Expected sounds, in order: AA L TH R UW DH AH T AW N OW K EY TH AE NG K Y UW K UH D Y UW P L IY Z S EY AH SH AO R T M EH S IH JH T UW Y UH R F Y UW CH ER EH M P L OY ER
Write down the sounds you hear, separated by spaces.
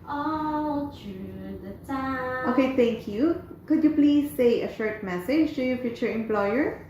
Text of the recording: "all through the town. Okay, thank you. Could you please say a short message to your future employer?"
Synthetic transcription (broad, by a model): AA L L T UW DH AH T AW OW K EY T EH NG K Y UW K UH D Y UW P L IY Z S EY AH SH AO R T M EH S IH JH T UW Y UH F Y UW CH ER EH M P L OY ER